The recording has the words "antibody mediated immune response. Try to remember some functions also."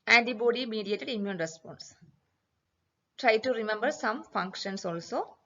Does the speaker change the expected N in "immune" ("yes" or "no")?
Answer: no